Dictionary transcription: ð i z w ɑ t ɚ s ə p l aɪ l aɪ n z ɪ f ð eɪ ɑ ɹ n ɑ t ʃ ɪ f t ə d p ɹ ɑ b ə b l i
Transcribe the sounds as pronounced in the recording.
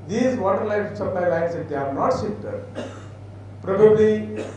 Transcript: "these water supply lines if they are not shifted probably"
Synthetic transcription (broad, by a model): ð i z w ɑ t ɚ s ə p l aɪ l aɪ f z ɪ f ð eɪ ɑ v n ɑ t s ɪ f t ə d p ɹ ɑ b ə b l i